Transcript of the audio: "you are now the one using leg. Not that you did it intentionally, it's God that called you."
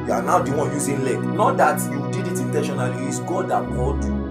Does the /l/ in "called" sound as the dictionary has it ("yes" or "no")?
no